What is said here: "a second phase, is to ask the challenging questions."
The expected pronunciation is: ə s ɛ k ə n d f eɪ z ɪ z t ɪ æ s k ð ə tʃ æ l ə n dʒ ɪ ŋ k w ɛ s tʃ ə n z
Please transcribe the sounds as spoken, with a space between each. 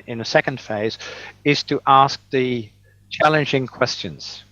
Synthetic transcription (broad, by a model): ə s ɛ k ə n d f eɪ z ɪ z t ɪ æ s k ð ə tʃ æ l ə n dʒ ɪ ŋ k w ɛ s tʃ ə n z